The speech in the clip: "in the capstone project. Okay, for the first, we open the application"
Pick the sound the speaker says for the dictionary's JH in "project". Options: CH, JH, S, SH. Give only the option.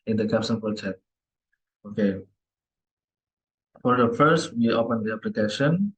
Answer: CH